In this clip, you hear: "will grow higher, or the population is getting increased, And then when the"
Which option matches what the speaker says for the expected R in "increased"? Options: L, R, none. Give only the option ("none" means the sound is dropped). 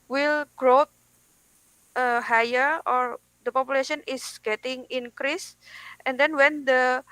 R